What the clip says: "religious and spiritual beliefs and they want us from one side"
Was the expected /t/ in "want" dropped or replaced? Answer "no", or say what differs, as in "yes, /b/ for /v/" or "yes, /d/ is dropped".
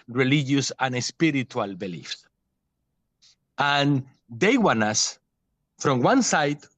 yes, /t/ is dropped